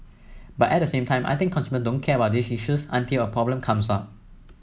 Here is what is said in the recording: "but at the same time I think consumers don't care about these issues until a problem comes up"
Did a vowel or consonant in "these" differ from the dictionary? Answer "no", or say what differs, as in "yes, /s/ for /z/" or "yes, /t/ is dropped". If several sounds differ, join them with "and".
yes, /s/ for /z/